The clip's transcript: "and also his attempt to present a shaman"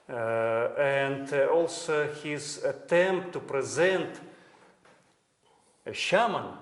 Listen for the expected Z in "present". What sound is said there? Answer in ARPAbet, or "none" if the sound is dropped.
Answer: Z